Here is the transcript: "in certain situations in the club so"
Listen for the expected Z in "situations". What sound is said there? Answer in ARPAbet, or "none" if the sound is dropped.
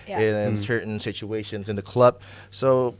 Z